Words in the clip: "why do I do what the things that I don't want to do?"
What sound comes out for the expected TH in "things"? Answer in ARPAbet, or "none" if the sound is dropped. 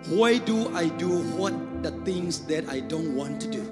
T